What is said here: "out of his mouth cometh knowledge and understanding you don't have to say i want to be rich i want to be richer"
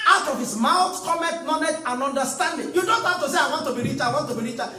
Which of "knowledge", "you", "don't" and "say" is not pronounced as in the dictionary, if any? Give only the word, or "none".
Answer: knowledge